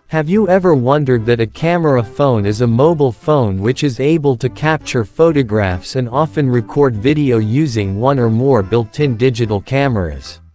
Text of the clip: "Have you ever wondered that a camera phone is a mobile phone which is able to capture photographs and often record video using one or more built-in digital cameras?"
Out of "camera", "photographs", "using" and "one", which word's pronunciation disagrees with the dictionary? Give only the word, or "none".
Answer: none